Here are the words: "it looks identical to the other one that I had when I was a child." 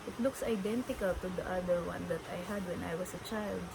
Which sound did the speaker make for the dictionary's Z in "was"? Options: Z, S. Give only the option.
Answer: S